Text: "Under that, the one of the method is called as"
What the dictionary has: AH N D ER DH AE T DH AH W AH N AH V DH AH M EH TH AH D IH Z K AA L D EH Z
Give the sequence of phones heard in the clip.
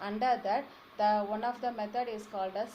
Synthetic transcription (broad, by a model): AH N D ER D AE T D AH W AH N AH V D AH M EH T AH D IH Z K AA L D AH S